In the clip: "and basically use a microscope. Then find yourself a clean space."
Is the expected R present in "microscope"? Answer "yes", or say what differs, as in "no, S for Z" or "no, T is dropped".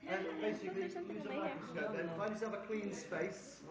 no, R is dropped